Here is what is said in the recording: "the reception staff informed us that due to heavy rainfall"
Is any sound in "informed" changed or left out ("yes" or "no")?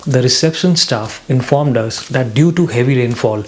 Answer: no